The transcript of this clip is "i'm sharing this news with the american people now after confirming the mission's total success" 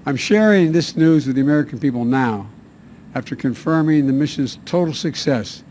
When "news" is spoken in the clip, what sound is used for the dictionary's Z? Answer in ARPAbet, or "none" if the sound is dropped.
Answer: Z